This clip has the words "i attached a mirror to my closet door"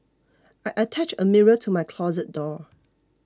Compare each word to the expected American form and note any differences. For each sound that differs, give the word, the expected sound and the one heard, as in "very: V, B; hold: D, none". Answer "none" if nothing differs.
attached: T, none